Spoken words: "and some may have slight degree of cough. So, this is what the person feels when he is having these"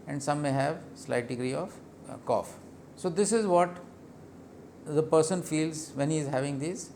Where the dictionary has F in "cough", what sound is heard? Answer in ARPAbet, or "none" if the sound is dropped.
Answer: F